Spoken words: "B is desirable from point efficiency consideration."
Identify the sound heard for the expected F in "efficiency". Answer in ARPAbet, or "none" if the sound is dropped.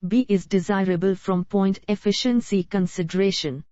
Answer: F